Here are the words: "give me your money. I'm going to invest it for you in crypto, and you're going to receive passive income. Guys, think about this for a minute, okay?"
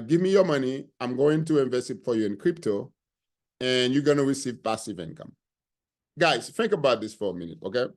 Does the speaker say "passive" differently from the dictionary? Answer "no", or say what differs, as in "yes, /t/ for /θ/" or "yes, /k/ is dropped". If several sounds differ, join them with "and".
no